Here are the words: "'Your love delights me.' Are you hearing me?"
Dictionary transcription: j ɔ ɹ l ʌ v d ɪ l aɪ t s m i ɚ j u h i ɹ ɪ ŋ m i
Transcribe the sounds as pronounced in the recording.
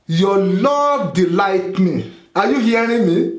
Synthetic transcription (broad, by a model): j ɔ l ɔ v d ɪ l aɪ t m i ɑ j u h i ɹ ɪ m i